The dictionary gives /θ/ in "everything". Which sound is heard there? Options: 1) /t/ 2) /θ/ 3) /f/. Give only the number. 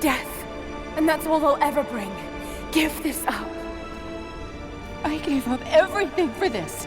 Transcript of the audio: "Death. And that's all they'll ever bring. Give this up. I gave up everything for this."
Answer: 2